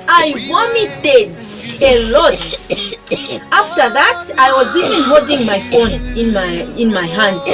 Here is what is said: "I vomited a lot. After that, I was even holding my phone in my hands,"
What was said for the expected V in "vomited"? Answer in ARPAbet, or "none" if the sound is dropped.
W